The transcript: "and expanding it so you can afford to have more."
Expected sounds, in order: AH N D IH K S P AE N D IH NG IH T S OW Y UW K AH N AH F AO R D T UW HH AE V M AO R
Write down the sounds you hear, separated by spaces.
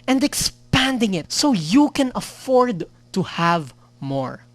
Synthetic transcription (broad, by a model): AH N D IH K S P AE N D IH NG IH T S OW Y UW K AH N AH F AO R D T UW HH AE V M AO R